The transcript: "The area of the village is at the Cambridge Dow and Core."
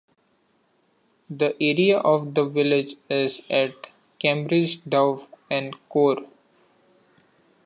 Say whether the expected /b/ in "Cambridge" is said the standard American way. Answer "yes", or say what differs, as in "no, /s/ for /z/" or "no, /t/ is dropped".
yes